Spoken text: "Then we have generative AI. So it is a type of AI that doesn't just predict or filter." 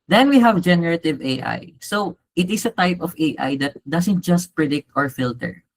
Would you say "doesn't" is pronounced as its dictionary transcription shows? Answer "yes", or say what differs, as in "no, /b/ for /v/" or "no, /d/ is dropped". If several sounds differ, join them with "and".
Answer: no, /s/ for /z/